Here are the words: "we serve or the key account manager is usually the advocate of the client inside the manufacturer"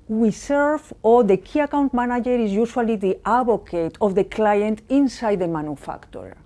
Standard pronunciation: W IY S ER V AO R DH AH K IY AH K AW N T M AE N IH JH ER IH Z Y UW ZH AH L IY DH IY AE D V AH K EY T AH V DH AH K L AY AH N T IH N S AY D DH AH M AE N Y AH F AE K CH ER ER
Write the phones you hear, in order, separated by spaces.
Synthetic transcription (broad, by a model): W IY S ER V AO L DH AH K IY AH K AW N T M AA N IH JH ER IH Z Y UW SH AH L IY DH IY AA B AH K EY T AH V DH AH K L AY AH N T IH N S AY D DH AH M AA N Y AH F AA K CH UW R